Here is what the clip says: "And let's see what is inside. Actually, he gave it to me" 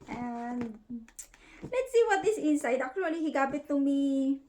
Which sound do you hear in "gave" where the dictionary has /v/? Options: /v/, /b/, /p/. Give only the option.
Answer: /b/